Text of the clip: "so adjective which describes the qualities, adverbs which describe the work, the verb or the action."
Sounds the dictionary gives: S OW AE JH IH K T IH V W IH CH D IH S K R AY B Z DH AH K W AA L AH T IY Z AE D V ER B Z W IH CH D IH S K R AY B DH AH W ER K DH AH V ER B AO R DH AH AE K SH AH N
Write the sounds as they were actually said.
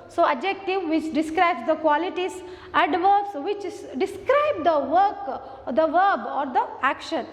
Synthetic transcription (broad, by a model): S OW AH JH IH K T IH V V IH CH D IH S K R AY B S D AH K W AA L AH T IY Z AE D V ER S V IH CH D IH S K R AY B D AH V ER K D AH V ER B AO R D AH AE K SH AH N